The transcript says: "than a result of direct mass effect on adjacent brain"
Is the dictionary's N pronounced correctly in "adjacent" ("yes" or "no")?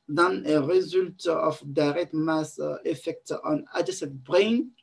no